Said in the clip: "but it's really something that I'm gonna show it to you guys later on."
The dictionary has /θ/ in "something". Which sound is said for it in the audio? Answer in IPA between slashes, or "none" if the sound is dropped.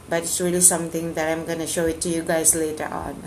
/t/